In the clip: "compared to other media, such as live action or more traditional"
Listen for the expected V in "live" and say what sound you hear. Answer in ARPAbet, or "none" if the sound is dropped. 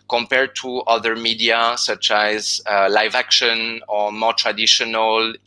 V